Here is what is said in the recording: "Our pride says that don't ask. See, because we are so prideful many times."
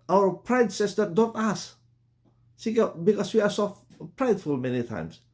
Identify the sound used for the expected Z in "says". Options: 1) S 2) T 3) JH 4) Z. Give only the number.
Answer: 1